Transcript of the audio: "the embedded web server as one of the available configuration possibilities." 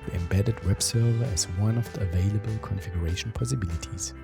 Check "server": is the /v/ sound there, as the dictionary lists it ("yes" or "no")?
yes